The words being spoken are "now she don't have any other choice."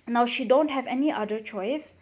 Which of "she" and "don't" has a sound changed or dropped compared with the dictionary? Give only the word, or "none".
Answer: none